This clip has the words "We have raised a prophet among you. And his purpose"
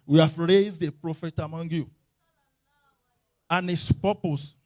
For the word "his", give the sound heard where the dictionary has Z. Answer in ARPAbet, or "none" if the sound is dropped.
S